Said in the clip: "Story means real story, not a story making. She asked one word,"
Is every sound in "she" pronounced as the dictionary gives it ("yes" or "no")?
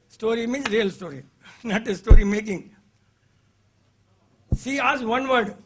no